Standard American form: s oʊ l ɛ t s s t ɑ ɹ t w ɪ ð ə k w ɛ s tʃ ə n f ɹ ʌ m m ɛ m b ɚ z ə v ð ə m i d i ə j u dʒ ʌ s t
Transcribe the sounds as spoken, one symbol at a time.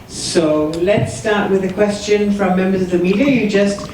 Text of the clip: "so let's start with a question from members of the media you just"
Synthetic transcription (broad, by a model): s oʊ l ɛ t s s t ɑ ɹ t w ɪ ð ə k w ɛ s tʃ ə n f ɹ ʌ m m ɛ m b ɚ z ə v ð ə m i d i ə j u dʒ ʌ s t